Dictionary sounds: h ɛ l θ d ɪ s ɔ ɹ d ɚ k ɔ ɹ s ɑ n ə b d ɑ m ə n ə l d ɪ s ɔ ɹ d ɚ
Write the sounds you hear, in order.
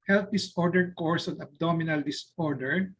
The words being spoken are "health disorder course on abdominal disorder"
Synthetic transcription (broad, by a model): h ɛ l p d ɪ s ɔ ɹ d ɚ k ɔ ɹ s ɑ n ə b d ɑ m ə n ə l d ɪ s ɔ ɹ d ɚ